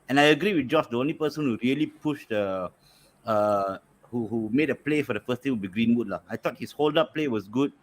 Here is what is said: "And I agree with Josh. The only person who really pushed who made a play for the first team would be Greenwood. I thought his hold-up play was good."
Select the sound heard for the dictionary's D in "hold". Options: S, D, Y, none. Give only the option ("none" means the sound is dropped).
D